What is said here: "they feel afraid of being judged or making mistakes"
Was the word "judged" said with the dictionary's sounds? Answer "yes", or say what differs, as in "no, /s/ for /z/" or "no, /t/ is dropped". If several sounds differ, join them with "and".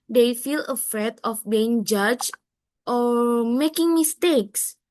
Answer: no, /d/ is dropped